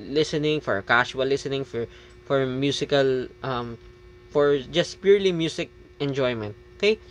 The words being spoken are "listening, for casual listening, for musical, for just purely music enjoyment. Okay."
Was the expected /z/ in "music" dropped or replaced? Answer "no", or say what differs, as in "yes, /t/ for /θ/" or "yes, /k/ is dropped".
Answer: yes, /s/ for /z/